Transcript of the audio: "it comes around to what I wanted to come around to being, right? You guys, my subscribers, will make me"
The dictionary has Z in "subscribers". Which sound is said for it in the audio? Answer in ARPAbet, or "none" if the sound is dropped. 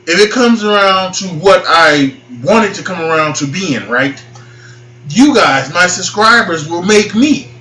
Z